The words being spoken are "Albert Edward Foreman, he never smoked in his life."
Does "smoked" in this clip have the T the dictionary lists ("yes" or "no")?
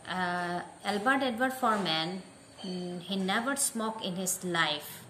no